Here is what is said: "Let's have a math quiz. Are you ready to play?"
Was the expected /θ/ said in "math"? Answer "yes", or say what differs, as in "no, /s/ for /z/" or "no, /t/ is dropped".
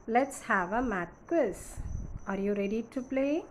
no, /t/ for /θ/